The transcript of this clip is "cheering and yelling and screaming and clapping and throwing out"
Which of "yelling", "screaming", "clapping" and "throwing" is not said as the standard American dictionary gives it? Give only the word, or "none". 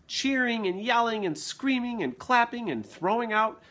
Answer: none